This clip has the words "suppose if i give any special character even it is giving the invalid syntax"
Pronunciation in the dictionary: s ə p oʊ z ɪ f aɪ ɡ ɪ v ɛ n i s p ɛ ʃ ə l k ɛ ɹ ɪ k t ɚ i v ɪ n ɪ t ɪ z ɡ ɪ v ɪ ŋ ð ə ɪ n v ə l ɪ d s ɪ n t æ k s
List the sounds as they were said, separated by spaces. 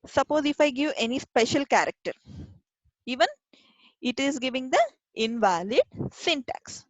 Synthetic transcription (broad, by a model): s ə p oʊ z ɪ f aɪ ɡ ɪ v ɛ n i s p ɛ ʃ ə l k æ ɹ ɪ k t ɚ i v ɪ n ɪ t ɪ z ɡ ɪ v ɪ ŋ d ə ɪ n v ə l ɪ d s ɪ n t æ k s